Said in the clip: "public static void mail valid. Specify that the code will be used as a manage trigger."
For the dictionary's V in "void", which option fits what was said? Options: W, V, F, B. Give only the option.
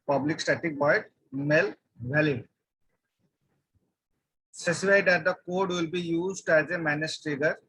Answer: B